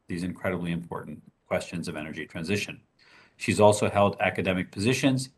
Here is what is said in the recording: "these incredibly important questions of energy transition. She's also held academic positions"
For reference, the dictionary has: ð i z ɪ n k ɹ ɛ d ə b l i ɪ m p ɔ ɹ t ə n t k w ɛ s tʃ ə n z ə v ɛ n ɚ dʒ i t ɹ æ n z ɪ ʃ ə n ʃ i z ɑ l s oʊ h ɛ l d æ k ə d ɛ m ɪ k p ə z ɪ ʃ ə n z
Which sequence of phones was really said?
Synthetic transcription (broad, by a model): ð i z ɪ n k ɹ ɛ d ə b l i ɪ m p ɔ ɹ t n k w ɛ s tʃ ə n z ə v ɛ n ɚ dʒ i t ɹ æ n z ɪ ʃ ə n ʃ i z ɑ l s oʊ h ɛ l d æ k ə d ɛ m ɪ k p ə z ɪ ʃ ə n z